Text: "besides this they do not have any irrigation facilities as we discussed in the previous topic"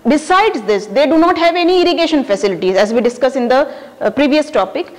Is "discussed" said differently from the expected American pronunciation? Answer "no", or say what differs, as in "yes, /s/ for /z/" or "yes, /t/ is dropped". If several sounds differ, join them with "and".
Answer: yes, /t/ is dropped